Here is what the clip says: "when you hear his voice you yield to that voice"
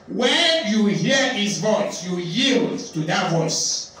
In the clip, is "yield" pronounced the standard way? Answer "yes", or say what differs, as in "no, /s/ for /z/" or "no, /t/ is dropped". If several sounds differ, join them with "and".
yes